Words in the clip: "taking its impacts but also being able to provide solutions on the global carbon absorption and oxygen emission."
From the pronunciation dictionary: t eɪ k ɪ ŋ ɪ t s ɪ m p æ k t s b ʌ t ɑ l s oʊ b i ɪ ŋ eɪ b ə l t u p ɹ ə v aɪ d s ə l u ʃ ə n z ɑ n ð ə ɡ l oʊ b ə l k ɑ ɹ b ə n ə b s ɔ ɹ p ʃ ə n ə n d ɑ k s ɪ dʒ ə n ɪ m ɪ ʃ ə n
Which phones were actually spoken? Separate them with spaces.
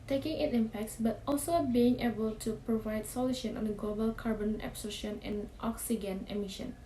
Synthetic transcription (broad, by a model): t eɪ k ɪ ŋ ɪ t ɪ m p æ k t s b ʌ t ɑ l s oʊ b i ɪ ŋ eɪ b ə l t u p ɹ ə v aɪ d s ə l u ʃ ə n ɑ n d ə ɡ l oʊ b ə l k ɑ ɹ b ə n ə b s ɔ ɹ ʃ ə n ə n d ɑ k s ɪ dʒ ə n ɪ m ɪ ʃ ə n